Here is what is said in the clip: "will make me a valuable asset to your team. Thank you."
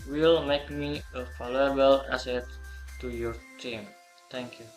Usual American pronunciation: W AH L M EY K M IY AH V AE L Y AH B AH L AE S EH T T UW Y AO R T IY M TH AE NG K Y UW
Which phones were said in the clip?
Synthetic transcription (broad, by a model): W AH L M EY K M IY AH F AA L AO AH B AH L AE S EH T T UW Y AO R T IY M T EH NG K Y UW